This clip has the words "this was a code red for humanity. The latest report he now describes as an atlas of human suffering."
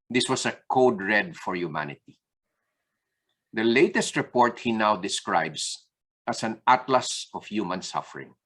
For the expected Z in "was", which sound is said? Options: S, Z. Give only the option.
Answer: S